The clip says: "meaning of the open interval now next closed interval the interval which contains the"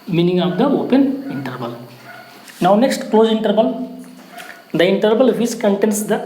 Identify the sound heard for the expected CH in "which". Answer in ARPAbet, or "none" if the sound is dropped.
S